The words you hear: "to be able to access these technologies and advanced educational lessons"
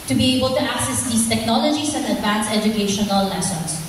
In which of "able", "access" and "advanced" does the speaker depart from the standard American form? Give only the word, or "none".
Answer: advanced